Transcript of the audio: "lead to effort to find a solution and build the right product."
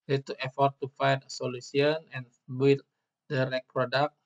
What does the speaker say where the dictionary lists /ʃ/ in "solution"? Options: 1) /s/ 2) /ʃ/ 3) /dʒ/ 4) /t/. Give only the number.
1